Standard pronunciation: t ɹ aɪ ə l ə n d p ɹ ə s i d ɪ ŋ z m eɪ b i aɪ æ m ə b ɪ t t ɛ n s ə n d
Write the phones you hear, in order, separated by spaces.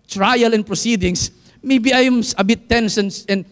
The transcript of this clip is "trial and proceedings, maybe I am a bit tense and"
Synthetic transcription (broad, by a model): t ɹ aɪ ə l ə n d p ɹ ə s i d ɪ ŋ s m eɪ b i aɪ m ə b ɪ t s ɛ n s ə n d